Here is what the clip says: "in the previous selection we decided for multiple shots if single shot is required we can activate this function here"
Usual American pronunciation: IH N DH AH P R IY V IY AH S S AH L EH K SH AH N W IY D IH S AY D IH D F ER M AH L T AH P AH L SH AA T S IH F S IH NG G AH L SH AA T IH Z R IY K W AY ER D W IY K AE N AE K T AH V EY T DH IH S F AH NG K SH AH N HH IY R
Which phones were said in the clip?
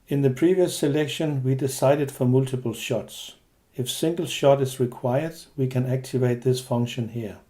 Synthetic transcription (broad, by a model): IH N DH AH P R IY V IY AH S S AH L EH K SH AH N W IY D IH S AY D IH D F ER M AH L T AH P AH L SH AA T S IH F S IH NG G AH L SH AA T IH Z R IY K W AY ER D W IY K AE N AE K T AH V EY T DH IH S F AH NG K SH AH N HH IY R